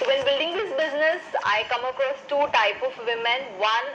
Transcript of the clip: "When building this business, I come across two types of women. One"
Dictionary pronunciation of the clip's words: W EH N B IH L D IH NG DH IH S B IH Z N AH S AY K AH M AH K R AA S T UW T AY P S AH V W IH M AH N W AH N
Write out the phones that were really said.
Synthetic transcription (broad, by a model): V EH N B IH L D IH NG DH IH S B IH Z N AH S AY K AH M AH K R AA S T UW T AY P AH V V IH M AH N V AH N